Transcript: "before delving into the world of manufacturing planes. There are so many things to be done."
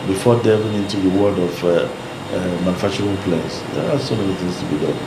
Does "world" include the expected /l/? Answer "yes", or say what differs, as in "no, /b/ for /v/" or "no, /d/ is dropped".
no, /l/ is dropped